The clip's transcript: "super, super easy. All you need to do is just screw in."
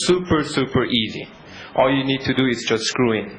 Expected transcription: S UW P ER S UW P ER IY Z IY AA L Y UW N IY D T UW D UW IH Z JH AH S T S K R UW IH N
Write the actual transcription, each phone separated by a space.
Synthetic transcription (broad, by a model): S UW P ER S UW P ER IY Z IY AA L Y UW N IY D T UW D UW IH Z JH AH S T S K R UW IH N